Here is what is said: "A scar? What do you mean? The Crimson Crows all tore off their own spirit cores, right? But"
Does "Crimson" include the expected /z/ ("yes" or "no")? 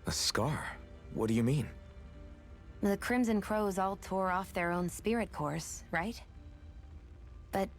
yes